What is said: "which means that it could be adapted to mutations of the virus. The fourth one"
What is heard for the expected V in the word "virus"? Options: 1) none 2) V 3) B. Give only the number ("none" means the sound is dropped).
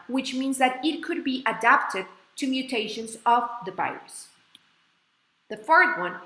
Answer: 3